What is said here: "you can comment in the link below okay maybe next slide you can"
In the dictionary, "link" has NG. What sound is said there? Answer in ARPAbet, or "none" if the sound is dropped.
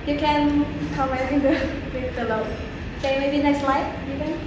none